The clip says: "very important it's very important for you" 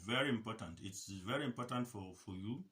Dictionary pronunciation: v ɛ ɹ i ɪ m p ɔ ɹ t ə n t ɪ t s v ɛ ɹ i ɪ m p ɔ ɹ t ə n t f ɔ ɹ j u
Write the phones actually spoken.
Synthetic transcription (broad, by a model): v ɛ ɹ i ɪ m p ɔ t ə n t ɪ t s v ɛ ɹ i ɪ m p ɔ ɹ t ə n t f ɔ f j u